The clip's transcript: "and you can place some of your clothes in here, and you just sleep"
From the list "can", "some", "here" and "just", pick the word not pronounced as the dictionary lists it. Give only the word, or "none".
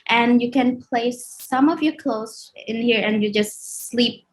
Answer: none